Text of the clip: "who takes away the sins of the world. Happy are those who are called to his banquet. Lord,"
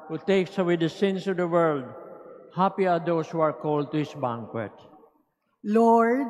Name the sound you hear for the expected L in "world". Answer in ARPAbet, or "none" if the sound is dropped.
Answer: L